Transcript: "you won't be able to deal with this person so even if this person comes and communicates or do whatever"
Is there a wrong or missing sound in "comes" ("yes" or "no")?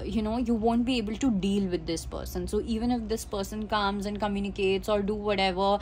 no